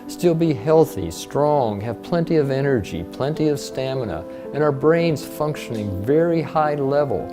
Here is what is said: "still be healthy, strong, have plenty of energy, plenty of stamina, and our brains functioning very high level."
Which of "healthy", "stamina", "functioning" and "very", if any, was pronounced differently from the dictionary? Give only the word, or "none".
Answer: none